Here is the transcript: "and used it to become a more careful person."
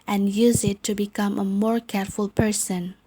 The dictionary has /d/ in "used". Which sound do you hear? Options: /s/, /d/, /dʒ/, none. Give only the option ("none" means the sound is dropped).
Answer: none